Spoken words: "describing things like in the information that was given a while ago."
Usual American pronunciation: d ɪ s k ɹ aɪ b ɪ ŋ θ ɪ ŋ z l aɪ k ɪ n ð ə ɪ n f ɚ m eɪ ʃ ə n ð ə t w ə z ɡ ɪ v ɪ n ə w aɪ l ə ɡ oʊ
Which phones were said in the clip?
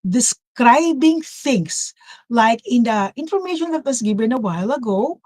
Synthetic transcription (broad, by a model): d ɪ s k ɹ aɪ b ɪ ŋ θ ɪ ŋ s l aɪ k ɪ n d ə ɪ n f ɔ m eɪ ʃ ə n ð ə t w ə s ɡ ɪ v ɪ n ə w aɪ l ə ɡ oʊ